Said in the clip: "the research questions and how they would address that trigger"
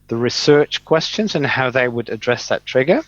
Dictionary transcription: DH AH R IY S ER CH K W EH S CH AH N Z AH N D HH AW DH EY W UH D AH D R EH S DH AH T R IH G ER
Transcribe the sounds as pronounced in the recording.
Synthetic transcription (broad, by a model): DH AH R IY S ER CH K W EH S CH AH N Z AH N HH AW DH EY W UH D AH D R EH S DH AH T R IH G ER